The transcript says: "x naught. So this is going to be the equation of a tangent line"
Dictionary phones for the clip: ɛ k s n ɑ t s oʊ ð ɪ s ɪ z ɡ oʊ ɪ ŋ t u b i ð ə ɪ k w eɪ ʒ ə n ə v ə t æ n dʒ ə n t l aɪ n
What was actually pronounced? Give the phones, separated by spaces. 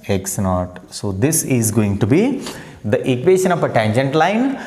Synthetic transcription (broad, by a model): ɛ k s n ɑ t s oʊ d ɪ s ɪ z ɡ oʊ ɪ ŋ t u b i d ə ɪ k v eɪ ʃ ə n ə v ə t æ n dʒ ə n t l aɪ n